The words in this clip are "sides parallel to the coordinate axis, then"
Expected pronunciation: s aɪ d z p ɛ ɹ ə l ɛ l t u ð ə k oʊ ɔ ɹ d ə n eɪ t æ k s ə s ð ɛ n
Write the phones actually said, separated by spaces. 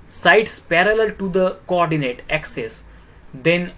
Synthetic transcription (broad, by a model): s aɪ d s p ɛ ɹ ə l ɛ l t u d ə k oʊ ɔ ɹ d ə n eɪ t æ k s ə s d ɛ n